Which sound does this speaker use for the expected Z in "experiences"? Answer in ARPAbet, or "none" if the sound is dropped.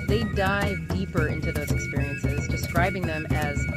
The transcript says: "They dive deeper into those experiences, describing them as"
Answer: Z